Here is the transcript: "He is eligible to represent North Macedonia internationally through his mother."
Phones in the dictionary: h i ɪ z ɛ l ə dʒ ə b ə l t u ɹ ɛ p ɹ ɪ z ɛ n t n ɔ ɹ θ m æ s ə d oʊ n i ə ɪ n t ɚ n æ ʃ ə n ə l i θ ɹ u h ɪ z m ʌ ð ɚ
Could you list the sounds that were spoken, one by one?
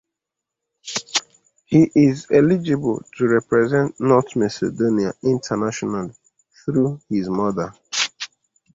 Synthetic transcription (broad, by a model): h i ɪ z ɛ l ə dʒ ə b ə l t u ɹ ɛ p ɹ ɪ z ɛ n t n ɔ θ m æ s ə d oʊ n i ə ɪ n t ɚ n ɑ ʃ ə n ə l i θ ɹ u h ɪ z m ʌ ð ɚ